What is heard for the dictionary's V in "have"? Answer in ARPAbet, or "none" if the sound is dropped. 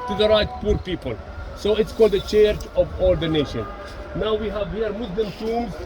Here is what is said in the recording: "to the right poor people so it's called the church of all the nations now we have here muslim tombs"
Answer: V